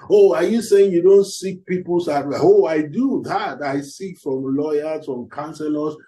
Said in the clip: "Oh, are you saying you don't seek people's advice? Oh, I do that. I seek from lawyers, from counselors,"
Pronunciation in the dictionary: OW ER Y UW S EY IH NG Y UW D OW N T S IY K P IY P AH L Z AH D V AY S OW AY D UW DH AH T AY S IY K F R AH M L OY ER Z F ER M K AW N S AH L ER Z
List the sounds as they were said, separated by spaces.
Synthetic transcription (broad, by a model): OW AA Y UW S EY IH NG Y UW D OW N T S IY K P IY P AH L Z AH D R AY OW AY D UW DH AH T AY S IY K F R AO M L OY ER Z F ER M K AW N S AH L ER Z